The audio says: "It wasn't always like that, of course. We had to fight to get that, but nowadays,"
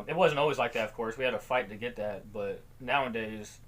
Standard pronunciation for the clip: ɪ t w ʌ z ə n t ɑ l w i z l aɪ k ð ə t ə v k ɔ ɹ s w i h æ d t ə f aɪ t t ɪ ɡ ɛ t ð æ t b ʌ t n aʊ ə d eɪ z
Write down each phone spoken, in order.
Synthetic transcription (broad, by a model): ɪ t w ʌ z ə n t ɑ l w i z l aɪ k ð ə t ə v k ɔ ɹ s w i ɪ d t ə f aɪ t t ɪ ɡ ɛ t ð æ t b ʌ t n aʊ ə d eɪ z